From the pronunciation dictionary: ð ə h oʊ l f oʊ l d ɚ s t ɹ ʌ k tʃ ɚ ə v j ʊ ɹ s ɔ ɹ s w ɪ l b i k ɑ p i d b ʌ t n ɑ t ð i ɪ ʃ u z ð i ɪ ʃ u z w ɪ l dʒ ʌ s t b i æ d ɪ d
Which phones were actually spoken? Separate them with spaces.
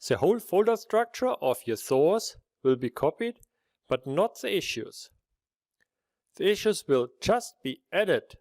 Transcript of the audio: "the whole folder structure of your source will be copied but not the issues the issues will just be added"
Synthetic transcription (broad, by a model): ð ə h oʊ l f oʊ l d ɚ s t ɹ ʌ k tʃ ɚ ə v j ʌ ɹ θ ɔ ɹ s w ɪ l b i k ɑ p i d b ʌ t n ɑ t ð i ɪ ʃ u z ð i ɪ ʃ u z w ɪ l dʒ ʌ s t b i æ d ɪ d